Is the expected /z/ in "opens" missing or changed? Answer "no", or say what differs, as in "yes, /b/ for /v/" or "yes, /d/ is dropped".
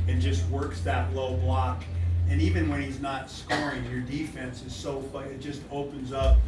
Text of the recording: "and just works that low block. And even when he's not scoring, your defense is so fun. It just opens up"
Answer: no